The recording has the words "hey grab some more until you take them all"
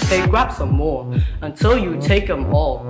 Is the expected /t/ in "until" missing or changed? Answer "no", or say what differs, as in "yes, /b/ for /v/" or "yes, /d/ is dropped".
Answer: no